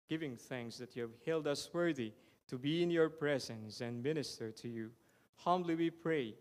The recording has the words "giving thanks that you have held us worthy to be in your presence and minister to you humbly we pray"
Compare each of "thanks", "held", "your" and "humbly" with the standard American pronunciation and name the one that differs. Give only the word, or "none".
none